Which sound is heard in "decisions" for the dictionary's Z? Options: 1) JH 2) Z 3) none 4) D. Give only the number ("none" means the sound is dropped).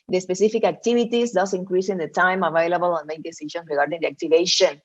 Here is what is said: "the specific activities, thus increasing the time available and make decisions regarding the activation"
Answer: 3